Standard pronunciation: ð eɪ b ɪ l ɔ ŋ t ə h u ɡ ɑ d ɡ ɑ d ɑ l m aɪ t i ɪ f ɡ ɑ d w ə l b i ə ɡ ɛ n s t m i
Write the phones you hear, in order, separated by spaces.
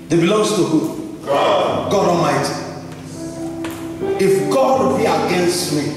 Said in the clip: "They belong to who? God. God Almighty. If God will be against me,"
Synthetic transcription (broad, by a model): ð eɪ b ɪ l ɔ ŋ t ə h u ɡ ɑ ɡ ɑ d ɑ m aɪ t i ɪ f ɡ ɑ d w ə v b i ə ɡ ɛ n s t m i